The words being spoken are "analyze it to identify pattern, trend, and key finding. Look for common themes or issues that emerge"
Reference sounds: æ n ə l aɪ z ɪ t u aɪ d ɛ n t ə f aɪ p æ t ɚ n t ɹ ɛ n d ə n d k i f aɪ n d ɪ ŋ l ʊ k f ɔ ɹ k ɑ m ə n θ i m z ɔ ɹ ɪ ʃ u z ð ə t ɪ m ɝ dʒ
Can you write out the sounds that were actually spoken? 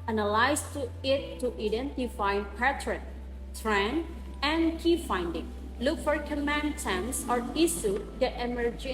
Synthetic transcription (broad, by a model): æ n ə l aɪ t ɪ t u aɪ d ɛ n t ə f aɪ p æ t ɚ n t ɹ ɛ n ə n k i f aɪ n d ɪ ŋ l ʊ k f ɔ ɹ k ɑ m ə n t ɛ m s ɔ ɹ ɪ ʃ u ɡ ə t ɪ m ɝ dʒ